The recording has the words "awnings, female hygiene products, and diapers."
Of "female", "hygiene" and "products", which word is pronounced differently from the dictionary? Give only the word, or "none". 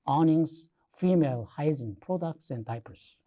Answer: hygiene